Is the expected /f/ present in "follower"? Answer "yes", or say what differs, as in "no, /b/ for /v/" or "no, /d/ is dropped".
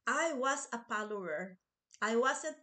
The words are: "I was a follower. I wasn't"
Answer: no, /p/ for /f/